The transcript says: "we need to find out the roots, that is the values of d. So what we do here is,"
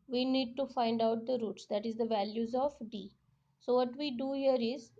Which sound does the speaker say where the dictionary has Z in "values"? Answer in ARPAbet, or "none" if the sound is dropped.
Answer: Z